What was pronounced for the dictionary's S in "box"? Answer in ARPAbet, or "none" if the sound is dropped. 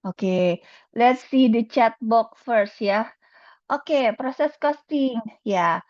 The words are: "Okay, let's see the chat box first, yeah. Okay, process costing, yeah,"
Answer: none